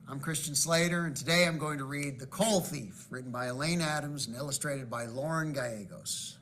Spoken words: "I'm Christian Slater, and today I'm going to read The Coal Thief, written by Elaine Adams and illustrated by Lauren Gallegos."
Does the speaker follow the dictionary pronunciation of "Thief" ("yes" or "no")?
yes